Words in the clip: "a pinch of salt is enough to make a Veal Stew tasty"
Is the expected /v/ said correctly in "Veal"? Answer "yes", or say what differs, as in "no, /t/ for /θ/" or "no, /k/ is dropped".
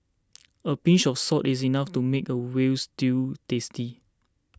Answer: no, /w/ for /v/